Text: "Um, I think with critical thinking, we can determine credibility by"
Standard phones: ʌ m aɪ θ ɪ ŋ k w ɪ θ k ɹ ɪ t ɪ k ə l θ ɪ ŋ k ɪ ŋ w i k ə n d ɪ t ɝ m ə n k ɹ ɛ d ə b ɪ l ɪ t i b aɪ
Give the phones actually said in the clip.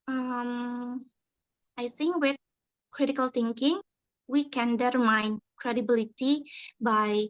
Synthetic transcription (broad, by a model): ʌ m aɪ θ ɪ ŋ k w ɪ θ k ɹ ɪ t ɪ k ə l t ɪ ŋ k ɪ ŋ w i k ə n d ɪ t m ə n k ɹ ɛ d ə b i l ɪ t i b aɪ